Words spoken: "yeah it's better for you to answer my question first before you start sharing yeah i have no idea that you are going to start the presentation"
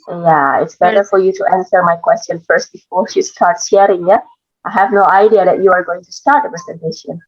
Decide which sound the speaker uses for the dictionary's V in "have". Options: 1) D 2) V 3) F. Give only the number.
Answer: 2